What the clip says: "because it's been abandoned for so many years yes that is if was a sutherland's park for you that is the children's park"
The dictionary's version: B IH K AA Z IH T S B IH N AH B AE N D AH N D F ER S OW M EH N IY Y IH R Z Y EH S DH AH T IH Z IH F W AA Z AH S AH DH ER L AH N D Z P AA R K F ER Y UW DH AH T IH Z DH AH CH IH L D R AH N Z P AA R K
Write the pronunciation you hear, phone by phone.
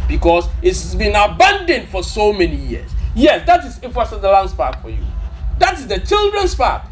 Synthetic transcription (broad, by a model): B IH K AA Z IH T S B IH N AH B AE N D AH N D F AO S OW M EH N IY Y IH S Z Y EH S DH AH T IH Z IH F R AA S AH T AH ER L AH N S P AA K F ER Y UW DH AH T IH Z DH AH CH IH L D R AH N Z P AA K